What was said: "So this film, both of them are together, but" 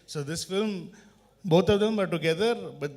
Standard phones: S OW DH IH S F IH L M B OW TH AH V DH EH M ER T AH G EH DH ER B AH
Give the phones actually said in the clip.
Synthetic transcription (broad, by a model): S OW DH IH S F IH L M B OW T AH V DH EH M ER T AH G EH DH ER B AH